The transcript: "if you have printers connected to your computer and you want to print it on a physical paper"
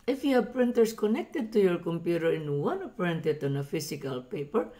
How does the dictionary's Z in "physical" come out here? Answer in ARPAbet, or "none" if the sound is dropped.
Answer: S